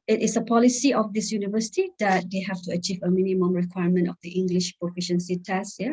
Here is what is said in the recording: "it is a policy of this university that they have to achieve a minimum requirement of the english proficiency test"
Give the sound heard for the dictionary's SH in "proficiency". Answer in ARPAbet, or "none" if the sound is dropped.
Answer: SH